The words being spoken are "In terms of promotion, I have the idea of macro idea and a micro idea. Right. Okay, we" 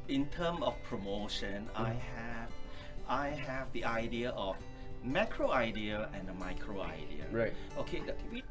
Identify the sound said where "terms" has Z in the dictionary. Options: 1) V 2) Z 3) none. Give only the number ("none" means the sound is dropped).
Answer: 3